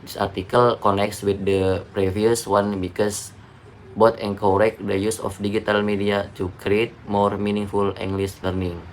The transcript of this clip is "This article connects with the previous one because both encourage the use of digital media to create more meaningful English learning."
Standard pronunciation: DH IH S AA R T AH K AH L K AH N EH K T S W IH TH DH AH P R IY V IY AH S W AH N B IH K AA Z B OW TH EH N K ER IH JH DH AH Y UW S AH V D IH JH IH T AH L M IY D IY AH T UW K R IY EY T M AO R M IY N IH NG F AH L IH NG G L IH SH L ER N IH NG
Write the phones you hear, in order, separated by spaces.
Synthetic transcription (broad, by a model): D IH S AA R T AH K AH L K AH N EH K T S W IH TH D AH P R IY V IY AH S W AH N B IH K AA S B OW T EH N K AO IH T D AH Y UW S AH F D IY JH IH T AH L M IY D IY AH T UW K R IY EY T M AO R M IY N IH NG F AH L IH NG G L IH S L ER N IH NG